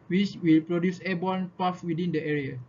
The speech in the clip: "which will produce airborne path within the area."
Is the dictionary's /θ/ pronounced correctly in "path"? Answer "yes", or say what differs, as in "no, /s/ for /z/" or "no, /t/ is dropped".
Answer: no, /f/ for /θ/